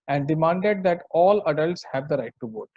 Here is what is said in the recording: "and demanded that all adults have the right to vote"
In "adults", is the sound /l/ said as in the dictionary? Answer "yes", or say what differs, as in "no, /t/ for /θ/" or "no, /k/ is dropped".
yes